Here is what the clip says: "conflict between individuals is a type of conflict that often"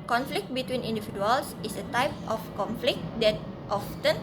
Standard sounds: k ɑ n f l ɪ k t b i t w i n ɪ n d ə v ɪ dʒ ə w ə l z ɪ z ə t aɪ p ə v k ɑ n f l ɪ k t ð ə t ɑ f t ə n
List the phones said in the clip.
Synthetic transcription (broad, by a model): k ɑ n f l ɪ k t b i t w i n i n d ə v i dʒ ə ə l s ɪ s ə t aɪ p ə f k ɑ n f l ɪ k t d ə t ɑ f t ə n